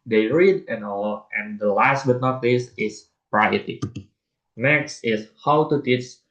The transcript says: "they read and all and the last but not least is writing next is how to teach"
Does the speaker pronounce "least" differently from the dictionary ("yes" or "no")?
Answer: yes